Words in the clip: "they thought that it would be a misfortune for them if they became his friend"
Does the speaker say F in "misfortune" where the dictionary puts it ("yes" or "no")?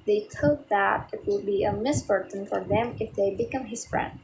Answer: no